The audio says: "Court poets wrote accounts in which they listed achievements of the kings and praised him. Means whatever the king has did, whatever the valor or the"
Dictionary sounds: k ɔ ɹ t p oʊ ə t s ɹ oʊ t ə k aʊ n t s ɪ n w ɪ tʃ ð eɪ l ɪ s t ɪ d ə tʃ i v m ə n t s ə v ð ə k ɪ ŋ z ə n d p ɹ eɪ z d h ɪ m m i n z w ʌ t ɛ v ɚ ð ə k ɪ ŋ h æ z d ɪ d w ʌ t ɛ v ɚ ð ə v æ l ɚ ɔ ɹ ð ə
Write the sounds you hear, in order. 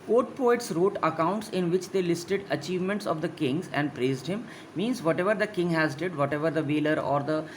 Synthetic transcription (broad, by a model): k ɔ ɹ t p oʊ ə t s ɹ oʊ t ə k aʊ n t s ɪ n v ɪ tʃ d eɪ l ɪ s t ɪ d ə tʃ i v m ə n t s ə v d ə k ɪ ŋ z ə n d p ɹ eɪ z d h ɪ m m i n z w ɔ t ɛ v ɚ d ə k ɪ ŋ h æ z d ɪ d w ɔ t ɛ v ɚ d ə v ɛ l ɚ ɔ ɹ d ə